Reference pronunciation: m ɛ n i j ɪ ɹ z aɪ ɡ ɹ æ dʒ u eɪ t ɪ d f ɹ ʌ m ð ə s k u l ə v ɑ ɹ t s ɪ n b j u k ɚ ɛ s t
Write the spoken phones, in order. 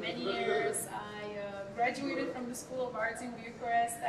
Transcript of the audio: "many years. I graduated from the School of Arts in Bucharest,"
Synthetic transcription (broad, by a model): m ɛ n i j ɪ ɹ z aɪ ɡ ɹ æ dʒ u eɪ t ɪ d f ɹ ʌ m ð ə s k u l ə v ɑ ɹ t ɪ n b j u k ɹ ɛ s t